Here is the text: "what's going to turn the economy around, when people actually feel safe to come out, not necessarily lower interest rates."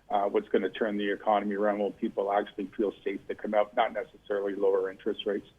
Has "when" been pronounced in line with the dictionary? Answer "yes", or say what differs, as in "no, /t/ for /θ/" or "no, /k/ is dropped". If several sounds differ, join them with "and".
no, /l/ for /n/